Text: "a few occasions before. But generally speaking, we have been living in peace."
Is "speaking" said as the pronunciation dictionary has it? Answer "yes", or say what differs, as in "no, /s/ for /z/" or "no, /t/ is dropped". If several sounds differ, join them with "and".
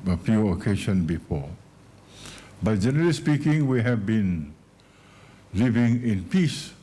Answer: yes